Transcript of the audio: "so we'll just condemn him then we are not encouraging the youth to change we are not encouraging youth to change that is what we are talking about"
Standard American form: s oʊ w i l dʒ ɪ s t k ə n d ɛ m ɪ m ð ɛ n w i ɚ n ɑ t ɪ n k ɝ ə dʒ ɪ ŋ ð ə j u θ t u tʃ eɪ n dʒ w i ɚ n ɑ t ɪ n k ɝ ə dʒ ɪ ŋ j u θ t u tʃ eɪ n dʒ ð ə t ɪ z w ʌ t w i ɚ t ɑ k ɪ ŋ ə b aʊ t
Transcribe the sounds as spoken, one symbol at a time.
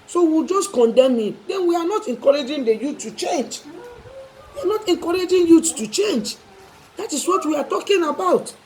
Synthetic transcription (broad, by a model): s oʊ w i l dʒ ɪ s t k ə n d ɛ m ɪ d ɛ n w i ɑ n ɑ t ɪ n k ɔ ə dʒ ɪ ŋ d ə j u t u tʃ eɪ n dʒ w i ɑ n ɑ t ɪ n k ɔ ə dʒ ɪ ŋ j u t t u tʃ eɪ n dʒ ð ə t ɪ s w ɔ t w i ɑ t ɑ k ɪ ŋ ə b aʊ t